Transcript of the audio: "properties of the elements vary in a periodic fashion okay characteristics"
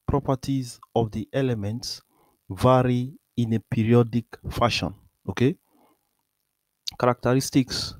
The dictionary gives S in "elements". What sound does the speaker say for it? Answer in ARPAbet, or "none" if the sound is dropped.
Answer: S